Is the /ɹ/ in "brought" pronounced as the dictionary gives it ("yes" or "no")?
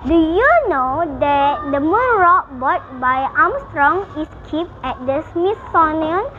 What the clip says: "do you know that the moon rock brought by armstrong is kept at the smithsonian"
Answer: no